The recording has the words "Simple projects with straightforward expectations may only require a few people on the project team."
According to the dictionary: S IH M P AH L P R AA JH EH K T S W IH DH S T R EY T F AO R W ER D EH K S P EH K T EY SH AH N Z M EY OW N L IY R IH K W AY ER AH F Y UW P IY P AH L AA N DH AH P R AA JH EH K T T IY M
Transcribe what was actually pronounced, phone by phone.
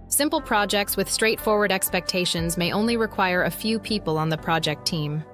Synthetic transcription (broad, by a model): S IH M P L P R AA JH EH K T S W IH DH S T R EY T F AO R W ER D EH K S P EH K T EY SH AH N Z M EY OW N L IY R IH K W AY ER AH F Y UW P IY P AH L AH N DH AH P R AA JH EH K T T IY M